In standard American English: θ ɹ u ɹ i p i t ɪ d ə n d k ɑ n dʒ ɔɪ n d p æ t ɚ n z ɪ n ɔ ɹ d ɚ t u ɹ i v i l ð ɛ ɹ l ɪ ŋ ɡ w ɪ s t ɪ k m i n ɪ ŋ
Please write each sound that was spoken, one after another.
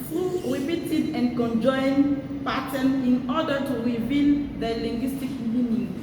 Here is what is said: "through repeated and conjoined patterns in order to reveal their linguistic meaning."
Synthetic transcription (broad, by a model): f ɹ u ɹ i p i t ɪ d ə n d k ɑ n dʒ ɔɪ n p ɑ t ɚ n ɪ n ɔ d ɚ t u ɹ i v i l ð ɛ l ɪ ŋ ɡ w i s t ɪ k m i n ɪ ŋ